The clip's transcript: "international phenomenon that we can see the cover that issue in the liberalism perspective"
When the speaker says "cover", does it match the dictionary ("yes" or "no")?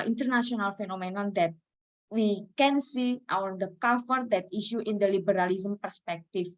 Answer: no